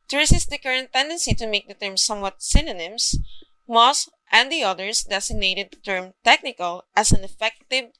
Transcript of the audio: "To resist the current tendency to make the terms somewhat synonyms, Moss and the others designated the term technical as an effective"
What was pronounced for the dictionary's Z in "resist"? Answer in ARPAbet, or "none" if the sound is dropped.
S